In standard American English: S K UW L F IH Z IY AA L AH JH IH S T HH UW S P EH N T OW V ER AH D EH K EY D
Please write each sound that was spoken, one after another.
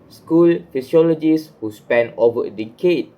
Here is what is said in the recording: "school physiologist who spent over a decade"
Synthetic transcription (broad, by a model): S K UW L F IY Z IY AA L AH JH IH S HH UW S P EH N OW V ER AH D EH K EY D